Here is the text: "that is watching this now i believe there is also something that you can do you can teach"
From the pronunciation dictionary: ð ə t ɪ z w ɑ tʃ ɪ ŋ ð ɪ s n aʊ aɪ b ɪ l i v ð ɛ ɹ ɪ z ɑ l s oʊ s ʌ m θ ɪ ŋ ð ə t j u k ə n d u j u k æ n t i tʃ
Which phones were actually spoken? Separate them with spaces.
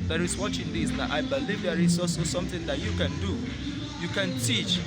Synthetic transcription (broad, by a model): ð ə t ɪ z w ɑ tʃ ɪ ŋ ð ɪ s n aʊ aɪ b ɪ l i v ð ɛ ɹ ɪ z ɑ s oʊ s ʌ m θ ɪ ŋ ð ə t j u k ə n d u j u k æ n t i tʃ